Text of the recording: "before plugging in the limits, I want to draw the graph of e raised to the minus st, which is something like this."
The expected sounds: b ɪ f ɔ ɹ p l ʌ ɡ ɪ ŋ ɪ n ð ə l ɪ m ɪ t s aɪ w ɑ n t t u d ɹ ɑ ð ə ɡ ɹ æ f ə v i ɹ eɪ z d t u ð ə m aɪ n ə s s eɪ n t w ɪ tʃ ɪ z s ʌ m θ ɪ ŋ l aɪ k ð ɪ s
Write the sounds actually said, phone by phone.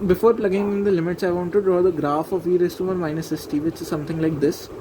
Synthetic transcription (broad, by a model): b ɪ f ɔ ɹ p l ʌ ɡ ɪ ŋ ɪ n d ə l ɪ m ɪ t s aɪ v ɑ n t t u d ɹ ɑ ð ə ɡ ɹ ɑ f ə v i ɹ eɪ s t u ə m aɪ n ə s s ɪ t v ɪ tʃ ɪ z s ʌ m t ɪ ŋ l aɪ k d ɪ s